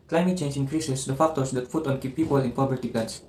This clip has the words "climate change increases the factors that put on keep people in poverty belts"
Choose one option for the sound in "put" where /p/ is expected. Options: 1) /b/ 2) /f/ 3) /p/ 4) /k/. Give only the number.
2